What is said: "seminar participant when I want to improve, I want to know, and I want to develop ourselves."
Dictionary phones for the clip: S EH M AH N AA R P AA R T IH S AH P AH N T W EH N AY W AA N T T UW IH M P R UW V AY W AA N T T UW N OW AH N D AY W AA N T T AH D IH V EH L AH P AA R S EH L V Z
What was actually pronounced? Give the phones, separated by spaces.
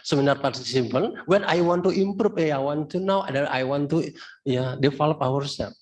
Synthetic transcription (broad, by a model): S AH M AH N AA R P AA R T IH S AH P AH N W EH N AY W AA N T T UW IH M P R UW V AY W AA N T T UW N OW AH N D AY W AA N T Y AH D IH F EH L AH P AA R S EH